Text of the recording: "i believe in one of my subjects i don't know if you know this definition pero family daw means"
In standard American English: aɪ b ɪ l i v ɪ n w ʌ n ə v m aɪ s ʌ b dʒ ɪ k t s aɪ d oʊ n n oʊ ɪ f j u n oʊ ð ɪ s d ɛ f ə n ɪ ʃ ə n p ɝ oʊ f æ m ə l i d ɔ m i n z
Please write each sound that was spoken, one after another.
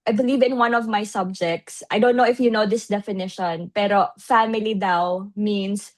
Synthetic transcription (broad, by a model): aɪ b ɪ l i v ɪ n w ʌ n ə v m aɪ s ʌ b dʒ ɪ k t s aɪ d oʊ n n oʊ ɪ f j u n oʊ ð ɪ s d ɛ f ə n ɪ ʃ ə n p ɝ oʊ f æ m ə l i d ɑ m i n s